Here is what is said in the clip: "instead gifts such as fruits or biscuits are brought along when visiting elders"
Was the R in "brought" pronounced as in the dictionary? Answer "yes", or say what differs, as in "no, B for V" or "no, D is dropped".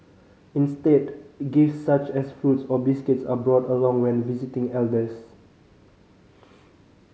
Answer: yes